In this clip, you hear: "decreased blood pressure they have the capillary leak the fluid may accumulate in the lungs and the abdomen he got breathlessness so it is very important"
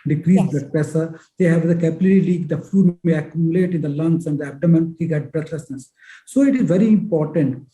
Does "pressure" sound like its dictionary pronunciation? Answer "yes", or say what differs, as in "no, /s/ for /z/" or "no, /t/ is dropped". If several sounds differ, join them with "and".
no, /ɹ/ is dropped and /s/ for /ʃ/